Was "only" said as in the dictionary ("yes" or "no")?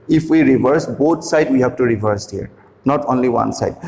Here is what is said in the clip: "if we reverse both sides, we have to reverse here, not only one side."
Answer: yes